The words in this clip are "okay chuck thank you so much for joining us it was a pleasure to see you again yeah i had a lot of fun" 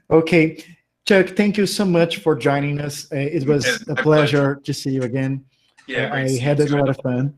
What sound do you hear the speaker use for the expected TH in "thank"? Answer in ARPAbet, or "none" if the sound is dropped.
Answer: TH